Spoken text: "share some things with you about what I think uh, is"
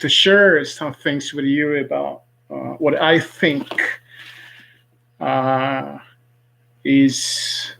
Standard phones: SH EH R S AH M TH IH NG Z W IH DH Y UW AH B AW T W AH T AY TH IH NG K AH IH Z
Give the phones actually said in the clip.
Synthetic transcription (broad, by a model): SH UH R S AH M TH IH NG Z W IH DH Y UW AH B AW T W AH T AY TH IH NG K AH IH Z